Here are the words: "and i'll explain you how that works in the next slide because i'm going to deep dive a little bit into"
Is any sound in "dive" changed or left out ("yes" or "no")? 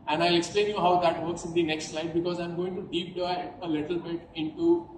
yes